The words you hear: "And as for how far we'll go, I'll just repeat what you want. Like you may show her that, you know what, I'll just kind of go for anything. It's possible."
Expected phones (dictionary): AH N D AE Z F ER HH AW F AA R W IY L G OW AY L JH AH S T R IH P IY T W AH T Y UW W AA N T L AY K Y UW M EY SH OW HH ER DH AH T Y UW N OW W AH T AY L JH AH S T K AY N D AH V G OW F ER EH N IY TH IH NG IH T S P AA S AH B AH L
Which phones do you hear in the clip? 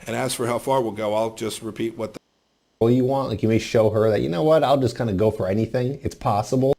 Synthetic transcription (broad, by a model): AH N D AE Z F ER HH AW F AA R W IY L G OW AY L JH AH S T R IH P IY T W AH T Y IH W AA N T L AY K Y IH M EY SH OW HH ER DH AH T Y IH N OW W AH T AY L JH AH S K AY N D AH G OW F ER EH N IY TH IH NG IH T S P AA S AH B L